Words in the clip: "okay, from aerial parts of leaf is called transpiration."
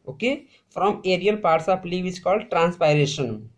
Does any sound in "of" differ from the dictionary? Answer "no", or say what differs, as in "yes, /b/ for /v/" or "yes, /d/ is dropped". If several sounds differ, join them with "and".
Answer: yes, /p/ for /v/